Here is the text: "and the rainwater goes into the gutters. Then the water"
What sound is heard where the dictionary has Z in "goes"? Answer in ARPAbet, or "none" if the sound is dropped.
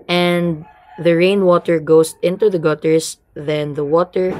S